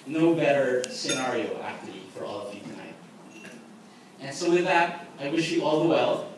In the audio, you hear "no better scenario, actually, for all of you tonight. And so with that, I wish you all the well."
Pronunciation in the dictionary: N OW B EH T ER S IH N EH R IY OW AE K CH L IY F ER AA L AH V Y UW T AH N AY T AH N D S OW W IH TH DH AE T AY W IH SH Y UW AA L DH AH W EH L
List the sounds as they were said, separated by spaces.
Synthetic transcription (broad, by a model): N OW B EH T ER S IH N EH R IY OW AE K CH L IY F ER AA L AH V Y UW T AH IH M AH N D S OW W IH DH AE T AY W IH SH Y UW AA L DH AH W EH L